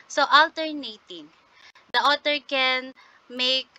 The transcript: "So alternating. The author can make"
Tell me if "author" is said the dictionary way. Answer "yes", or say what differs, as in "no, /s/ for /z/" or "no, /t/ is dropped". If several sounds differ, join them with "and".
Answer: no, /t/ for /θ/